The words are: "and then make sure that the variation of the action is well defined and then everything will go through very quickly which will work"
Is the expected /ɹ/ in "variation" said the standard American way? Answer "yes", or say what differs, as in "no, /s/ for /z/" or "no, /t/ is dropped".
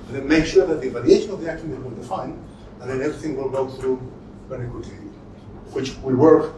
no, /l/ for /ɹ/